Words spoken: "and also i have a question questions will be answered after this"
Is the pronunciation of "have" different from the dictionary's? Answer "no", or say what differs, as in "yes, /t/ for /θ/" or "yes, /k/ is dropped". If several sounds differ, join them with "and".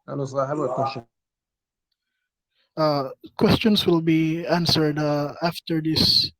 yes, /b/ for /v/